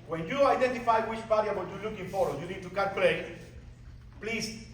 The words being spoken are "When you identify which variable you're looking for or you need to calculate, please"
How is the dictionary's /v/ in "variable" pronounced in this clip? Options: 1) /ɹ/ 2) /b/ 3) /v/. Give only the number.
2